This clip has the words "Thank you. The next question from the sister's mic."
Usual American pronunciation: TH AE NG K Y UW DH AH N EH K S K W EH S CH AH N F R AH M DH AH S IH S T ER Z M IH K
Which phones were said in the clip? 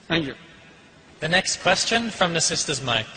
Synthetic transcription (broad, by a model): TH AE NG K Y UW DH AH N EH K S K W EH S CH AH N F R AH M DH AH S IH S T ER Z M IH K